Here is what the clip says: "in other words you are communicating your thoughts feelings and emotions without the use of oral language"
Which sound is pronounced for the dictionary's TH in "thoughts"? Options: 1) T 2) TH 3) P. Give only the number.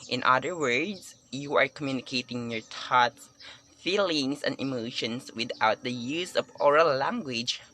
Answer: 1